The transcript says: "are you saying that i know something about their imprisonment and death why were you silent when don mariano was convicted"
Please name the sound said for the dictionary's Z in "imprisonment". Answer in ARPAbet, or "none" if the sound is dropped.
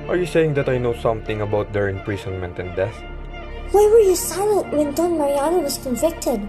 S